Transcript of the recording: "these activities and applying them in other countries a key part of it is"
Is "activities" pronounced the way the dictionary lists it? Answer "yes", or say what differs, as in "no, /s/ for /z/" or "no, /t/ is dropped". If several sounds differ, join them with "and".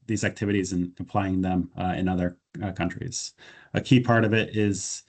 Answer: yes